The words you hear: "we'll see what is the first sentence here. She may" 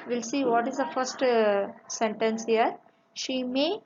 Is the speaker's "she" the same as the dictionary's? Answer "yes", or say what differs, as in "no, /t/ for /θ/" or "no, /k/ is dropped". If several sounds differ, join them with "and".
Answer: yes